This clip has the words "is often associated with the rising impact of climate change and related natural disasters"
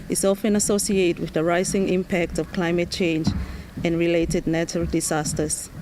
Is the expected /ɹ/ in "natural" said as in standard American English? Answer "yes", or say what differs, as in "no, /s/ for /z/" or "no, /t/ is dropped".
no, /ɹ/ is dropped